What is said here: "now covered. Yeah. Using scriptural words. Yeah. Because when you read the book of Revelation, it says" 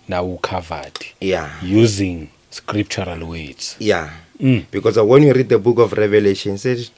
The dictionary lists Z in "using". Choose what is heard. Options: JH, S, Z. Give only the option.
Z